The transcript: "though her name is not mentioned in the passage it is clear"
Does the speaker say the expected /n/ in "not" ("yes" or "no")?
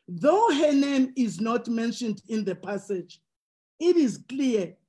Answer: yes